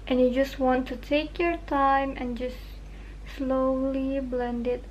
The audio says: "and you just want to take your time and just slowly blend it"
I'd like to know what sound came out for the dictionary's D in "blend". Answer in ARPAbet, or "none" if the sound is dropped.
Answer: D